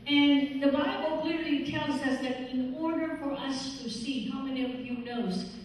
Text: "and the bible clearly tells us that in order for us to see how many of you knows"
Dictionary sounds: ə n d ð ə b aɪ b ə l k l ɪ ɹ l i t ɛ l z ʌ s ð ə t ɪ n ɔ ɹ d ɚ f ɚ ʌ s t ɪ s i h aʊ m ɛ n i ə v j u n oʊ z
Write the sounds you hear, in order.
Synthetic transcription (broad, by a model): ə n ð ə b aɪ b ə l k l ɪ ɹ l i t ɛ l z ʌ s ð ə t ɪ n ɔ ɹ d ɚ f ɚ ʌ s t ɪ s i h aʊ m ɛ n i ə v j u n oʊ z